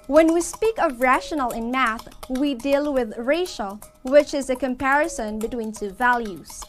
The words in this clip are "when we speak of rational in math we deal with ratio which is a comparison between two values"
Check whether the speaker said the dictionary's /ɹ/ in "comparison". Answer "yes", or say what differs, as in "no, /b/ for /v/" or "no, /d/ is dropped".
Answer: yes